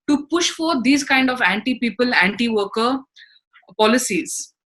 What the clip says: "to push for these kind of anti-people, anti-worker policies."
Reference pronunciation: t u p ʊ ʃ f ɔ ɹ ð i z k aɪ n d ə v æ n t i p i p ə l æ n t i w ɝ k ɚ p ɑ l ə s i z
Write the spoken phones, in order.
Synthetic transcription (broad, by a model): t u p ʊ ʃ f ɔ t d i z k aɪ n d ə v æ n t i p i p ə l æ n t i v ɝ k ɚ p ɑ l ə s i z